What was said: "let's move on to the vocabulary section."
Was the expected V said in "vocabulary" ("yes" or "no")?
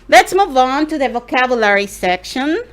yes